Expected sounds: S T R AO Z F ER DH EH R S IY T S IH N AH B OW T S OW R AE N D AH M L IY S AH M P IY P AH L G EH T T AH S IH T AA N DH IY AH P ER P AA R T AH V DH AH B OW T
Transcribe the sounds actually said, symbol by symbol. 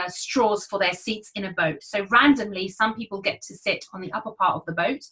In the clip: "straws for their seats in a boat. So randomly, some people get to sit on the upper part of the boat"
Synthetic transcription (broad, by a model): S T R AO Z F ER DH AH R S IY T S IH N AH B OW T S OW R AE N D AH M L IY S AH M P IY P AH L G EH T T AH S IH T N DH IY AH P ER P AA R T AH V DH AH B OW T